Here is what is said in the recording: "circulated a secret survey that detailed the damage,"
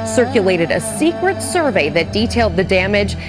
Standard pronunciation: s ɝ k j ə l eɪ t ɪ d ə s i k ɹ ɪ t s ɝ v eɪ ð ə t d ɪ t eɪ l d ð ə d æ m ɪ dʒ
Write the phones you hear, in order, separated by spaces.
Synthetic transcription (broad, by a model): s ɝ k j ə l eɪ t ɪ d ə s i k ɹ ɪ t s ɝ v eɪ ð ə t d ɪ t eɪ l d ð ə d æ m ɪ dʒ